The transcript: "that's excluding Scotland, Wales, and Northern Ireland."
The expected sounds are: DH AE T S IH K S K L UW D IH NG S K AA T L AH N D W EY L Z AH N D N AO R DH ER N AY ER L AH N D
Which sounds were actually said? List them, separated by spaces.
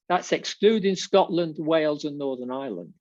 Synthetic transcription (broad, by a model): DH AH T S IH K S K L UW D IH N S K AA T L AH N D W EY L Z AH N N AO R DH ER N AY L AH N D